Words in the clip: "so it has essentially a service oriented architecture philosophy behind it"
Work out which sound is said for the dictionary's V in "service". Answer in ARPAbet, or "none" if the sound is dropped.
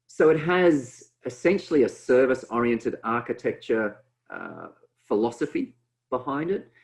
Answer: V